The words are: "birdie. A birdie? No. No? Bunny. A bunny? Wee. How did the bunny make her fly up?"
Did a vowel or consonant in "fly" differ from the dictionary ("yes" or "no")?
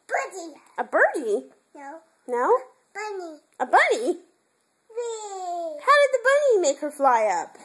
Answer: no